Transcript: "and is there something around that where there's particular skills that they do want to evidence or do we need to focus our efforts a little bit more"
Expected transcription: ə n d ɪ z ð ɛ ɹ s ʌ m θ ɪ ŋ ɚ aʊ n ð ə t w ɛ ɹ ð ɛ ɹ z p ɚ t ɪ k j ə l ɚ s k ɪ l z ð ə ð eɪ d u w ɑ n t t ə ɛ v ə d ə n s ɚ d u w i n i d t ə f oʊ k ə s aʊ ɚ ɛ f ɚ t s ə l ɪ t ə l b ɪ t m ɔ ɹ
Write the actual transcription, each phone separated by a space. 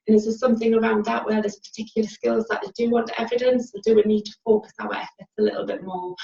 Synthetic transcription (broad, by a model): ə n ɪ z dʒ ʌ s s ʌ m θ ɪ ŋ ɚ aʊ n ð ə t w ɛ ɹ ð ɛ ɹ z p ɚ t ɪ k j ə l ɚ s k ɪ l z ð ə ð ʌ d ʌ w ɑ n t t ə ɛ v ə d ə n s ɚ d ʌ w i n i d t ə f oʊ k ə s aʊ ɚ ɛ f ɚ t s ə l ɪ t l b ɪ t m ɔ